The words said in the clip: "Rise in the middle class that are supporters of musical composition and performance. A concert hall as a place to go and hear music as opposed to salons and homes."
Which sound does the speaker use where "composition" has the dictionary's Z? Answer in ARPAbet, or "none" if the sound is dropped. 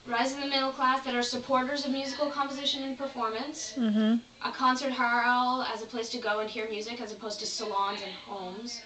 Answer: Z